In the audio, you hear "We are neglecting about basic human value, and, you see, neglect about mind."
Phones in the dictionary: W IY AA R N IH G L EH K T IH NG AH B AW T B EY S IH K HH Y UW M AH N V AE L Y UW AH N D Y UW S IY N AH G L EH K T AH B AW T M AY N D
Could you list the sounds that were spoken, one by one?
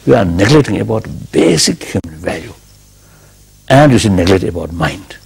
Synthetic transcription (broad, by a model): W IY AA R N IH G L EH T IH NG AH B AW T B EY S IH K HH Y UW M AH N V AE L Y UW AH N D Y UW S IY N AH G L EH T AH B AW T M AY N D